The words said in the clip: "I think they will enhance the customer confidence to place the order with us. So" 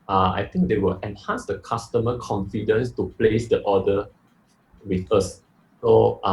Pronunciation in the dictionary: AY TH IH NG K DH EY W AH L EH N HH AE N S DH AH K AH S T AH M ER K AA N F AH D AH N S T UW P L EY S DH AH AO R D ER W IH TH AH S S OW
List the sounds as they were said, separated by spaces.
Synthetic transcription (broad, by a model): AY T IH NG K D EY W AH L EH N HH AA N S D AH K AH S T AH M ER K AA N F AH D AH N S T UW P L EY S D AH AO D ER W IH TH AH S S OW